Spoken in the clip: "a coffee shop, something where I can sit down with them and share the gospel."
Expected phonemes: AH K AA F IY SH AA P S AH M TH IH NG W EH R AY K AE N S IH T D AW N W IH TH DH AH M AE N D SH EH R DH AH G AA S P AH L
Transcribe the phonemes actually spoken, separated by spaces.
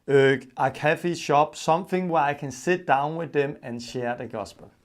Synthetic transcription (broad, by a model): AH K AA F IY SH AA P S AH M TH IH NG W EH AY K AE N S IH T D AW N W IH DH AH M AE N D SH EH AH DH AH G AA S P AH L